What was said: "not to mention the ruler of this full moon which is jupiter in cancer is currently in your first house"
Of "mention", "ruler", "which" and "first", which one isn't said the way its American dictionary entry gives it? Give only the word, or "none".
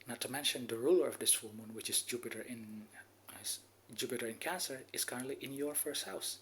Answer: none